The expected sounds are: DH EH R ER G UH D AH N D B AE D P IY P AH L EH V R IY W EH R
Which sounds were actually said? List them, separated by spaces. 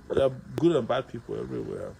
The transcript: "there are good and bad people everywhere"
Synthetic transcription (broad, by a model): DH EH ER G UH D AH N B AE D P IY P L EH V R IY W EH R